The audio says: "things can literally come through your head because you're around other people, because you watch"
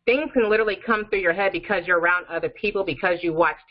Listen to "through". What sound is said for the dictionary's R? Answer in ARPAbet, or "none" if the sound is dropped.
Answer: R